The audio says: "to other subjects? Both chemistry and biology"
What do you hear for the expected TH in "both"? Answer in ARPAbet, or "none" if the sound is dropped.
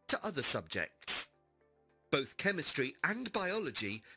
TH